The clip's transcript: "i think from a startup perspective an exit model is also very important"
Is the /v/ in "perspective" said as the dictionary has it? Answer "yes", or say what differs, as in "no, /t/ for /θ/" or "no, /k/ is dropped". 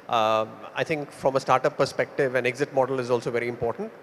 yes